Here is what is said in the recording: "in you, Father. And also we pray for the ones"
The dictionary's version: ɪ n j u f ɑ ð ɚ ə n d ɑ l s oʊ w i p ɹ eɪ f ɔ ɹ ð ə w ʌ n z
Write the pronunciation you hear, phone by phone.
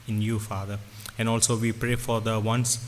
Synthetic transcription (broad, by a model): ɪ n j u f ɑ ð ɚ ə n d ɑ l s oʊ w i p ɹ eɪ f ɔ ɹ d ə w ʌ n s